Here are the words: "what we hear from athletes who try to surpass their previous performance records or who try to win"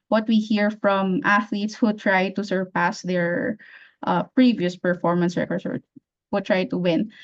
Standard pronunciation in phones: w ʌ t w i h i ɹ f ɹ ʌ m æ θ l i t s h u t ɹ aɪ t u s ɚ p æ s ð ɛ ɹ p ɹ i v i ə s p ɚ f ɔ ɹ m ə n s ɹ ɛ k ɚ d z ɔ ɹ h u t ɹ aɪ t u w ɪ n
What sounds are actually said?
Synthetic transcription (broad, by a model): w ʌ t w i h i ɹ f ɹ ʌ m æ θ l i t s h u t ɹ aɪ t u s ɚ p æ s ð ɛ ɹ p ɹ i v i ə s p ɚ f ɔ ɹ m ə n s ɹ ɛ k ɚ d s ɔ ɹ h u t ɹ aɪ t u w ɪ n